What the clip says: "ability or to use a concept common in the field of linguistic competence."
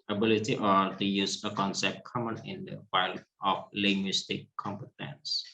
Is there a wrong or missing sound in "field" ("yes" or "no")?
yes